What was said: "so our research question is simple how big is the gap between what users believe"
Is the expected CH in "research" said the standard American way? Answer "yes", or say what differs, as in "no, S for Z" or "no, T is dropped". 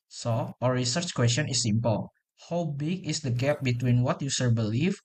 yes